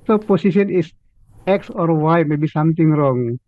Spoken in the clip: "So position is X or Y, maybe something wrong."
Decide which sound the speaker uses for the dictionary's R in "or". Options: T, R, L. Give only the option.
R